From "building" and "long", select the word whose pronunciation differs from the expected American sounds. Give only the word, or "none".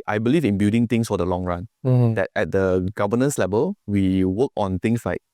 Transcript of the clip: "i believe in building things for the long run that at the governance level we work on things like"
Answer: building